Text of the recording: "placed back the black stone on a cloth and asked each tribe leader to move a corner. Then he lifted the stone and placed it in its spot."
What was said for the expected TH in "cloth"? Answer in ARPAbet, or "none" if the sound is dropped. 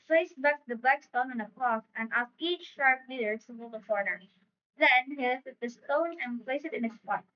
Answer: F